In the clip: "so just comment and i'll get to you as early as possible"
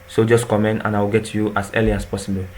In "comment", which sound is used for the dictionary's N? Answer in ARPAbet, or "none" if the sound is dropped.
N